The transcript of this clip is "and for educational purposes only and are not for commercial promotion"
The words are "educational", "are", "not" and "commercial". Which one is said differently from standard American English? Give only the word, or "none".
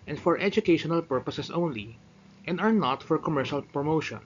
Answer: none